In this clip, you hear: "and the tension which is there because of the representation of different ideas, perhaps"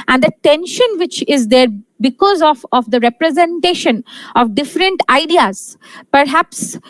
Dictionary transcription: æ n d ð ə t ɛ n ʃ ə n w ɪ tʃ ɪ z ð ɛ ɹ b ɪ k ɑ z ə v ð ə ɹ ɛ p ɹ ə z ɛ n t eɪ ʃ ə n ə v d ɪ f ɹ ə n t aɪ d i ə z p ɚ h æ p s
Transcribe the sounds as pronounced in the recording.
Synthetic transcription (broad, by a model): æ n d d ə t ɛ n ʃ ə n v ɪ tʃ ɪ z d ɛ ɹ b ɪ k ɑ z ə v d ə ɹ ɛ p ɹ ə z ɛ n t eɪ ʃ ə n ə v d ɪ f ɹ ə n t aɪ d i ə z p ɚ h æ p s